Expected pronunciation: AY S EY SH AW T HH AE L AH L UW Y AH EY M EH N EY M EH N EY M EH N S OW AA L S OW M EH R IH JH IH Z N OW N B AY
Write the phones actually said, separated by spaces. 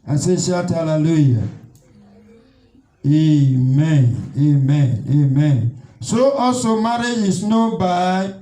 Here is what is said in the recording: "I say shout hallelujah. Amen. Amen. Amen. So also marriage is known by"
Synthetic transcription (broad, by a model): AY S EY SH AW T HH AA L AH L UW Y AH EY M EH N EY M EH N EY M EH N S OW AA S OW M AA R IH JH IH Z N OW B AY